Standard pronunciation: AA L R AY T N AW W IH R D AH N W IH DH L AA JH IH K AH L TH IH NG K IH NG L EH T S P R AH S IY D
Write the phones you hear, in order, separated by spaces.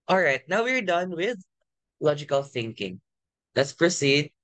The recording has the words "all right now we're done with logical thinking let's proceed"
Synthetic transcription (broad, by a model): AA L R AY T N AW W IH R D AH N W IH DH L AA JH IH K AH L TH IH NG K IH NG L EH T S P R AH S IY D